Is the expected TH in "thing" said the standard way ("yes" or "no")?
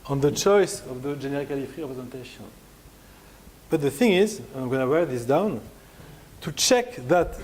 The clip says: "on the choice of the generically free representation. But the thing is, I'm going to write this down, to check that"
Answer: yes